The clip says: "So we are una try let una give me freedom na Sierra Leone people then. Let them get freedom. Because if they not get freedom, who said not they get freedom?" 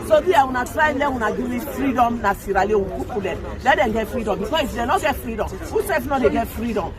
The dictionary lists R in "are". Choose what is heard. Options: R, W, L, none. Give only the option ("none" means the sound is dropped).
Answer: W